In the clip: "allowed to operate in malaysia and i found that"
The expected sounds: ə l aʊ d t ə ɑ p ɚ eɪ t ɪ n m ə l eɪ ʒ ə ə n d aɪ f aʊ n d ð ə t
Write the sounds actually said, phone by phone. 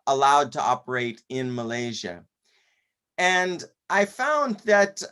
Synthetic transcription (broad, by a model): ə l aʊ d t ə ɑ p ɚ eɪ t ɪ n m ə l eɪ ʒ ə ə n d aɪ f aʊ n ð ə t